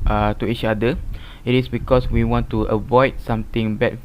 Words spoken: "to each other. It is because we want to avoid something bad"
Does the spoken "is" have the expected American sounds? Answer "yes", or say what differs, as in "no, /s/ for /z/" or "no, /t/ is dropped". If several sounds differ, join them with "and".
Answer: no, /s/ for /z/